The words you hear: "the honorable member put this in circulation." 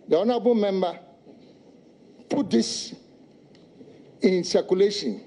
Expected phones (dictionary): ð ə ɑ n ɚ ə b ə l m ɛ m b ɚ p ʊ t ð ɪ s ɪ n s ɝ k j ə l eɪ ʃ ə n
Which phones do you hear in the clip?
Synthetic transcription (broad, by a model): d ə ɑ n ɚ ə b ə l m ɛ m b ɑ p ʊ t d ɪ s ɪ n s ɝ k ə l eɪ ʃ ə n